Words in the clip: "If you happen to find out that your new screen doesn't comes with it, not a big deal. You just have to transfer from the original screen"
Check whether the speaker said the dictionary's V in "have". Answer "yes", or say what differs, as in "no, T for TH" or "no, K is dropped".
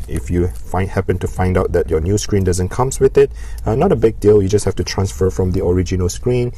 no, F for V